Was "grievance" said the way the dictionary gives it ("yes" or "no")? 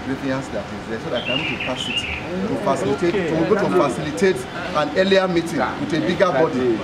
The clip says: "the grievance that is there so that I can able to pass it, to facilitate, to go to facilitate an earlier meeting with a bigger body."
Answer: no